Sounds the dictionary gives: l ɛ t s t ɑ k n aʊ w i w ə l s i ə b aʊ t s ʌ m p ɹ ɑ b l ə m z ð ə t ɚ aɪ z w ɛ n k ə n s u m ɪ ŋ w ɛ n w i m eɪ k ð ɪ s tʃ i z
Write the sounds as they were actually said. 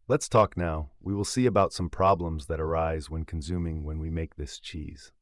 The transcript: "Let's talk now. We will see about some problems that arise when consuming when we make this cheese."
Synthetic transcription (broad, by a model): l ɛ t s t ɑ k n aʊ w i w ə l s i ə b aʊ t s ʌ m p ɹ ɑ b l ə m z ð ə t ɚ aɪ z w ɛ n k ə n s u m ɪ ŋ w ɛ n w i m eɪ k ð ɪ s tʃ i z